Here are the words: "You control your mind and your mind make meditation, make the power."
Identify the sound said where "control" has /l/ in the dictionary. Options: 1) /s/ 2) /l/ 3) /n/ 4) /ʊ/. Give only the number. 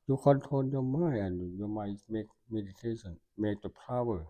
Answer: 3